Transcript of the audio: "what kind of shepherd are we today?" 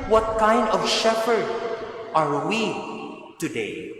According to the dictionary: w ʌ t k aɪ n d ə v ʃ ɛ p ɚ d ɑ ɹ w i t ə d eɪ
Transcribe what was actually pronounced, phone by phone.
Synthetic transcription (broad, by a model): w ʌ t k aɪ n d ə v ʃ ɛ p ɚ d ɑ ɹ w i t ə d eɪ